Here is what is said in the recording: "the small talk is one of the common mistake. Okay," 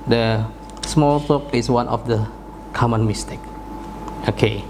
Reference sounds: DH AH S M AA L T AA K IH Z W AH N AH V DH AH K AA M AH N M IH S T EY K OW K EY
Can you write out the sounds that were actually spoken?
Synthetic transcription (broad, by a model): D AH S M AA L S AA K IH S W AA N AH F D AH K AA M AH N M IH S T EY K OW K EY